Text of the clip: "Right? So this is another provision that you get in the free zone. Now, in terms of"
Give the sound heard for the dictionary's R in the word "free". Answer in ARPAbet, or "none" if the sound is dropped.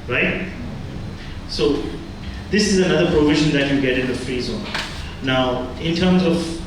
none